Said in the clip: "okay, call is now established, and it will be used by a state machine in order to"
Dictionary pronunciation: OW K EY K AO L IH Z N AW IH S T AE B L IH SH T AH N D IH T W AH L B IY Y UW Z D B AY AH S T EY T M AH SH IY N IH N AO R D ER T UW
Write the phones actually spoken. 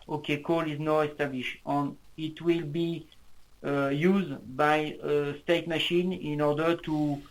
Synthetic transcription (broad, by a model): OW K EY K AO L IH Z N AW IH S T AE B L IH SH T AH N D IH T W AH L B IY Y UW Z D B AY AH S T EY T M AH SH IY N IH N AO R D ER T UW